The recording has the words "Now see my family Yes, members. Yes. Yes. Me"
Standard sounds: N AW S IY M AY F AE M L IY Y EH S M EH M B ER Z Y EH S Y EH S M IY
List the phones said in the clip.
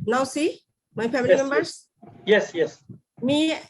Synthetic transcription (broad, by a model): N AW S IY M AY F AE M IY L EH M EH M B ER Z Y EH S Y EH S M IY